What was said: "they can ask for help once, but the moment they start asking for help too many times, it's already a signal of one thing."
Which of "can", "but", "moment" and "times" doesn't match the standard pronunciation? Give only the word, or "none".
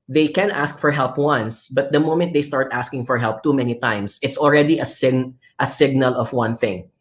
times